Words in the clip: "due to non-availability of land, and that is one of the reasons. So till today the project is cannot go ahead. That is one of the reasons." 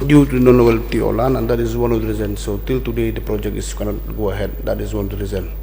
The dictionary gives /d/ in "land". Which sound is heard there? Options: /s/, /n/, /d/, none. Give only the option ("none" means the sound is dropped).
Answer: none